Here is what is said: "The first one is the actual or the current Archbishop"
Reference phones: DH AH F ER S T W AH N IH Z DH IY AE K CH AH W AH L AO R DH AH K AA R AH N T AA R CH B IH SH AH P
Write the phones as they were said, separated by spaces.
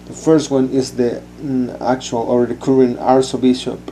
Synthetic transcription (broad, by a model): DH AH F ER S T W AH N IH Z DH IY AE K CH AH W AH L AO R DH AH K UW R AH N AA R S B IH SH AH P